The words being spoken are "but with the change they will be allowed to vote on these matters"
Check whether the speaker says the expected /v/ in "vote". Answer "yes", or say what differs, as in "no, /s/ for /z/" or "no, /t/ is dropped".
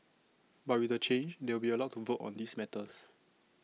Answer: yes